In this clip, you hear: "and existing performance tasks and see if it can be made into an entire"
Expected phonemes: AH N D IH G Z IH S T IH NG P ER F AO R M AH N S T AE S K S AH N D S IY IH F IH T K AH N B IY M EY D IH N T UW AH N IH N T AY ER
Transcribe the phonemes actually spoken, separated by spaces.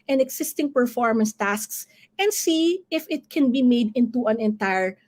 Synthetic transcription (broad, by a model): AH N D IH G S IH S T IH NG P ER F AO R M AH N S T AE S K S AH N D S IY IH F IH T K AH N B IY M EY D IH N T UW AH N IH N T AY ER